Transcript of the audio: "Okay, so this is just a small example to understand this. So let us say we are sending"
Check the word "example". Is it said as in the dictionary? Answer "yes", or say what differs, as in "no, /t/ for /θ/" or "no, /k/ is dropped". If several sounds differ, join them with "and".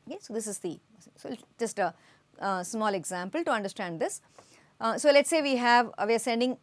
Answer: yes